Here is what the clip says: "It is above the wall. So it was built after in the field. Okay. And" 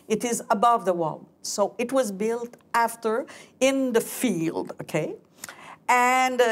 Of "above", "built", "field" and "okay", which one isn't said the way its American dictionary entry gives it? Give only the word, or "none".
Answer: none